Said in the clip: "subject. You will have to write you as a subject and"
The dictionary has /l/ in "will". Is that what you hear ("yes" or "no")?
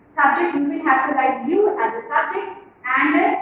no